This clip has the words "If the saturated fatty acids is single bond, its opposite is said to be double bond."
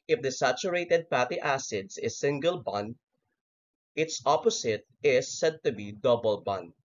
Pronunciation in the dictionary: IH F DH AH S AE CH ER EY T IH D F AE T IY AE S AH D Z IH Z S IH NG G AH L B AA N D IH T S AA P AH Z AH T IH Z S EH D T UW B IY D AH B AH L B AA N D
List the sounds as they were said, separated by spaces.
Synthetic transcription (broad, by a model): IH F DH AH S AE CH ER EY T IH D P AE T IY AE S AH D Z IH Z S IH NG G AH L B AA N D IH T S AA P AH S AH T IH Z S EH D T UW B IY D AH B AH L B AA N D